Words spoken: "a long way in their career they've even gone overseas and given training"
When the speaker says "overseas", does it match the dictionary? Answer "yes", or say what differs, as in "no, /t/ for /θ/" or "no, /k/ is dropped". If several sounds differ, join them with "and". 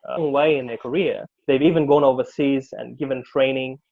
yes